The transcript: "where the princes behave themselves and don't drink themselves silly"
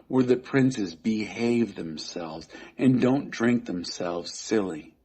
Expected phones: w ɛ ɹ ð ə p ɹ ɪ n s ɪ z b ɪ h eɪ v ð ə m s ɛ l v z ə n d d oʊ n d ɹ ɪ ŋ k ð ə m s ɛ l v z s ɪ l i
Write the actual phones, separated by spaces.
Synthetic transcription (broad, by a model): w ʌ ɹ ð ə p ɹ ɪ n s ɪ z b ɪ h eɪ v ð ə m s ɛ l v z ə n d d oʊ n d ɹ ɪ ŋ k ð ə m s ɛ l v z s ɪ l i